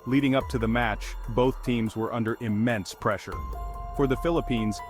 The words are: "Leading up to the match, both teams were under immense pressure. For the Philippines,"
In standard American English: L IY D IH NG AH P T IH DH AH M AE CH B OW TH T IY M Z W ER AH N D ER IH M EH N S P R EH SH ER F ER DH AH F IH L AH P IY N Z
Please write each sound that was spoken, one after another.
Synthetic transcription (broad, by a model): L IY D IH NG AH P T IH DH AH M AE CH B OW TH T IY M Z W ER AH N D ER IH M EH N S P R EH SH ER F ER DH AH F IH L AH P IY N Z